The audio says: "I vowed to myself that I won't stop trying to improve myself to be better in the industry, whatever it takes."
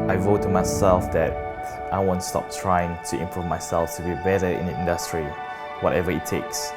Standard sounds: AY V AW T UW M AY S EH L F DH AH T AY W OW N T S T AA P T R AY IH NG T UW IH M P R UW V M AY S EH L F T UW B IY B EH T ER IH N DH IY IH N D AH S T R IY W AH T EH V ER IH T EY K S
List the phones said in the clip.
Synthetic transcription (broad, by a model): AY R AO T UW M AY S EH L F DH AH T AY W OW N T S T AA P T R AY IH NG T UW IH M P R UW V M AY S EH L F T UW B IY B EH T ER IH N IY IH N D AH S T R IY W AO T EH V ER IH T EY K S